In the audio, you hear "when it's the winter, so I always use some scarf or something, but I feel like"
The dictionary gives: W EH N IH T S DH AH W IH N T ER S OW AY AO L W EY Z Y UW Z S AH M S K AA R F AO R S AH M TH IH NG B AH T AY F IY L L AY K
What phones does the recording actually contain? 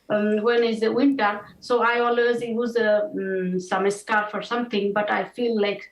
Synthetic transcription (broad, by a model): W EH N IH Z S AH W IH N T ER S OW AY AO L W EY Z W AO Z S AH M S K AA R F AO R S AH M T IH NG B AH T AY F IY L L AY K